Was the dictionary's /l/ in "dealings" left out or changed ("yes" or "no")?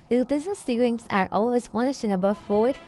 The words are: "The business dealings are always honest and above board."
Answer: yes